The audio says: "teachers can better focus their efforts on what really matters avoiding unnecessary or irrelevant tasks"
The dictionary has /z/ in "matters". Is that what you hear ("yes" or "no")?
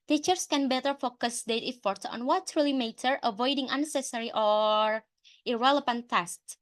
no